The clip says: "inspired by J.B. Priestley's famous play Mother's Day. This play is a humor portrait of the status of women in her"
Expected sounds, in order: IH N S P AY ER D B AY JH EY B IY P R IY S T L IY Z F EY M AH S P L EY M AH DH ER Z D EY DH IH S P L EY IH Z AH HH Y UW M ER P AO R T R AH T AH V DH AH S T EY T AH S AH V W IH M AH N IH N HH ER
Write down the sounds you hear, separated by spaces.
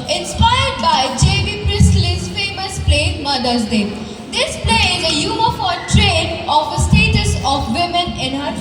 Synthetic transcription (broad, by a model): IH N S P AY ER D B AY JH EY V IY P R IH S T L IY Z F EY M AH S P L EY M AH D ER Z D EY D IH S P L EY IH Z AH Y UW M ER F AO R T R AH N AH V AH S T EY T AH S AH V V IH M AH N IH N HH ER